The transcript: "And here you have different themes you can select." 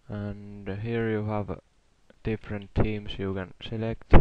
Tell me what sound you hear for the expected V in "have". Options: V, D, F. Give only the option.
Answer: V